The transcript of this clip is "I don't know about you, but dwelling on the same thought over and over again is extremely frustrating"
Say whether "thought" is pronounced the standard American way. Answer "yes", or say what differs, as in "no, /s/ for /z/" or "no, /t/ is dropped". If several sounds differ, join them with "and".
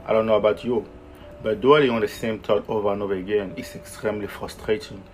no, /t/ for /θ/